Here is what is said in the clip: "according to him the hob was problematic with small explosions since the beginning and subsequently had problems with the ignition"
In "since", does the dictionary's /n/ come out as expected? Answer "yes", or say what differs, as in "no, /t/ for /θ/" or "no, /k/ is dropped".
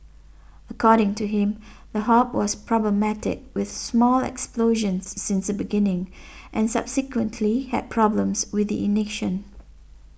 yes